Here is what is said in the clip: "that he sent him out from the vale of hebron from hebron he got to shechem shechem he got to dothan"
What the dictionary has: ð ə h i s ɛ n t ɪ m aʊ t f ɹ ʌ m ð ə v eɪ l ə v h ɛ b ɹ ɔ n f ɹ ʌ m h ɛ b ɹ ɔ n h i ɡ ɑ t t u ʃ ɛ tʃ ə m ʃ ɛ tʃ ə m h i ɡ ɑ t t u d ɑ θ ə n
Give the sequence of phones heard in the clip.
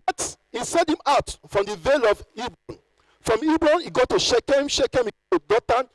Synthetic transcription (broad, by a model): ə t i s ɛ t ɪ m aʊ t f ɹ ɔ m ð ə v eɪ l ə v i b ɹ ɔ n f ɹ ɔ m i b ɹ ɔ n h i ɡ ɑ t t u ʃ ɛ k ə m ʃ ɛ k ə m h i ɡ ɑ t t u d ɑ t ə n